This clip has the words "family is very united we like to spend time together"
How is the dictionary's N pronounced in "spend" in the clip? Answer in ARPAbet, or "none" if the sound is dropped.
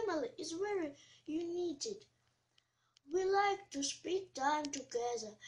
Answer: none